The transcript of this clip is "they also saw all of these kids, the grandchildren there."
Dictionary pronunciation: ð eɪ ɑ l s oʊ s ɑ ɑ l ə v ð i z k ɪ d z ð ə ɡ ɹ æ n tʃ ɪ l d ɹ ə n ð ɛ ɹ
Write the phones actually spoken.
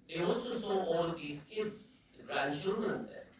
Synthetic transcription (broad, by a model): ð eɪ ɑ l s oʊ s ɑ ɑ l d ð i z k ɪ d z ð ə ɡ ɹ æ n ʃ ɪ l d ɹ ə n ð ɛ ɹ